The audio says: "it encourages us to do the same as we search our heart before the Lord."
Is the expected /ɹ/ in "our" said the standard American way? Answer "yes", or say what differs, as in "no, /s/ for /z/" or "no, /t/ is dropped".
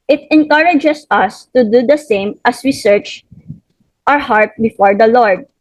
yes